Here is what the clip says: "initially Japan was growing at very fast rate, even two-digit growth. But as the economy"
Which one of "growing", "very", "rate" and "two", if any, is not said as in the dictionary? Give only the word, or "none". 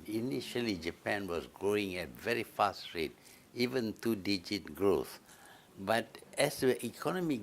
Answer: none